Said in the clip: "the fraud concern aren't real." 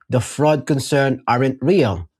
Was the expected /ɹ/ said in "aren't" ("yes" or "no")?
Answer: yes